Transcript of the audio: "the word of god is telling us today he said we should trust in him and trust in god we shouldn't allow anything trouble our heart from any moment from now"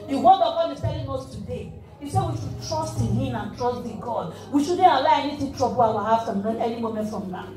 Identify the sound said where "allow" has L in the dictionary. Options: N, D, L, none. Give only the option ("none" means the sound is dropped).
none